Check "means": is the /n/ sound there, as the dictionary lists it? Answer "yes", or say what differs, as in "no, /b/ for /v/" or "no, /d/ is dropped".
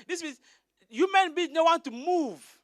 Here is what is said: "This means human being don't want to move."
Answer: no, /n/ is dropped